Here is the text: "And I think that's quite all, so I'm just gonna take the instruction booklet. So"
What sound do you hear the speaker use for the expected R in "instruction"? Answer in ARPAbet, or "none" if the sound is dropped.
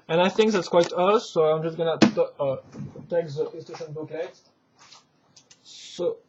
none